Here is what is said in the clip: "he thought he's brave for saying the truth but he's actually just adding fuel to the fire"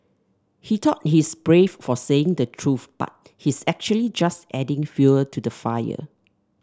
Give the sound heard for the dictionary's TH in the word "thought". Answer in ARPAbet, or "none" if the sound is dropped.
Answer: T